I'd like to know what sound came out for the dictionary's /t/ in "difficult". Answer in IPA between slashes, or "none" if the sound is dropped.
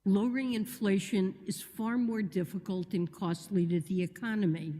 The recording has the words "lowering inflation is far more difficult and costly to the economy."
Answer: /t/